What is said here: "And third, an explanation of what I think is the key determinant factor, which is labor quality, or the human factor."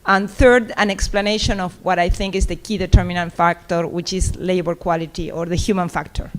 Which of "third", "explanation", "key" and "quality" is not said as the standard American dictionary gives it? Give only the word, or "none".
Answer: none